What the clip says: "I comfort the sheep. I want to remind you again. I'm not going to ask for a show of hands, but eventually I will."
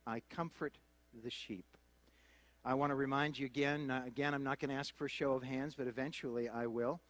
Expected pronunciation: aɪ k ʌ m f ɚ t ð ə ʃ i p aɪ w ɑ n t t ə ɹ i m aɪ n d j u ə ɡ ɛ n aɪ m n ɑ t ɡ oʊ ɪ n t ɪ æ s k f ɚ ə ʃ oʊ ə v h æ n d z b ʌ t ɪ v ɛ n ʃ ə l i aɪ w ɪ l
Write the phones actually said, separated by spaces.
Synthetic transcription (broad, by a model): aɪ k ʌ m f ɚ t ð ə ʃ i p aɪ w ɑ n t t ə ɹ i m aɪ n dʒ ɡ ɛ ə ɡ ɛ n aɪ m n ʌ t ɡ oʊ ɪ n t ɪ æ s k f ɚ ə ʃ oʊ ə v h æ n d z b ʌ t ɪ v ɛ n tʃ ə l i aɪ w ɪ l